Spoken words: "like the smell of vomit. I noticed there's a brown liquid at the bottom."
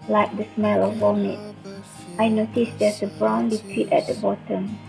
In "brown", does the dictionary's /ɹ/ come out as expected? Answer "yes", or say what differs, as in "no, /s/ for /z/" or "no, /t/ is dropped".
yes